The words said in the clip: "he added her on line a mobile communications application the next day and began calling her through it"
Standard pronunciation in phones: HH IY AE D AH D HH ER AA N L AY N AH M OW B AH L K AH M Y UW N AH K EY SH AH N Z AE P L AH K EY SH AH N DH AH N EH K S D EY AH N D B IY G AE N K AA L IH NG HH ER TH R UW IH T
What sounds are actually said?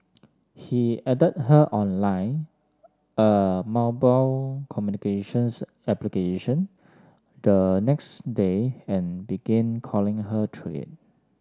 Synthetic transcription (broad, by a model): HH IY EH D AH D HH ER AA N L AY N AH M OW B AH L K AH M Y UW N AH K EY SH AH N S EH P L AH K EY SH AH N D AH N EH K S D EY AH N B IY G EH N K AA L IH NG HH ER T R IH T